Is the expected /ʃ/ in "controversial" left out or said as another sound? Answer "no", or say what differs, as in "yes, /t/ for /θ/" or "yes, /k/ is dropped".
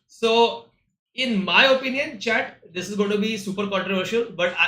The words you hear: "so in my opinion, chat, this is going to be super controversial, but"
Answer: no